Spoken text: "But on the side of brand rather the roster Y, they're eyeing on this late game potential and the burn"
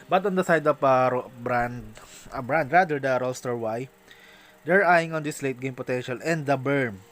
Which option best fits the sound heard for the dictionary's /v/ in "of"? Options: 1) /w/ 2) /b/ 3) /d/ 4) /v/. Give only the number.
2